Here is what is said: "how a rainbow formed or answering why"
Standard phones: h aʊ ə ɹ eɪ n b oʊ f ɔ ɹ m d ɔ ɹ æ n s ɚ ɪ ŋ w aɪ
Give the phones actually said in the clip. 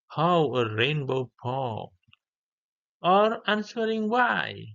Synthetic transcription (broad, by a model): h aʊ ə ɹ eɪ n b oʊ p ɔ ɔ ɹ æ n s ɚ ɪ ŋ w aɪ